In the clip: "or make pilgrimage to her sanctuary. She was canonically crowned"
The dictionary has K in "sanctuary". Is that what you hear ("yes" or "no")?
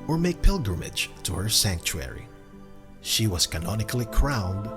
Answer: yes